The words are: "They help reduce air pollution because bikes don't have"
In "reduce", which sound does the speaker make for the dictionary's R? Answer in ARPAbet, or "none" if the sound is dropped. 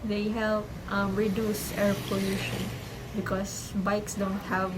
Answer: R